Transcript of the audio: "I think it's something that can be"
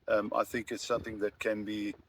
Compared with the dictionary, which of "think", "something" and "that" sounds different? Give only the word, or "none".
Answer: none